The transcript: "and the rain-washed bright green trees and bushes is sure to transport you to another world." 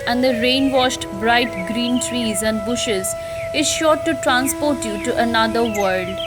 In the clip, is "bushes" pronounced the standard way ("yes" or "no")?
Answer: yes